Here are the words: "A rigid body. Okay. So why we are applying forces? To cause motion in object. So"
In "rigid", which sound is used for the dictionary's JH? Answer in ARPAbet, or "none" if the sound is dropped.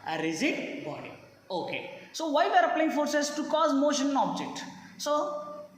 Z